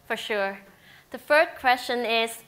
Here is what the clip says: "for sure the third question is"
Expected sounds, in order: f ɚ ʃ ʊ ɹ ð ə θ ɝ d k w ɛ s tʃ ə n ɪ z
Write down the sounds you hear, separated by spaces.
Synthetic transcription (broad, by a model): f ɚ ʃ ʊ ɹ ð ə f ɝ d k w ɛ s tʃ ə n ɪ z